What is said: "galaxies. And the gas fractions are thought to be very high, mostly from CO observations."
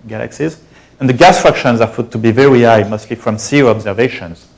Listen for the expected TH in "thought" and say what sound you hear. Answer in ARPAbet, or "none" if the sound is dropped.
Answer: F